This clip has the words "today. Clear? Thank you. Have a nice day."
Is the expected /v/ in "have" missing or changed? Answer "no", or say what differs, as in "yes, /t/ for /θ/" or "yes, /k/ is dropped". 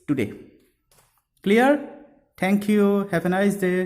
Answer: yes, /p/ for /v/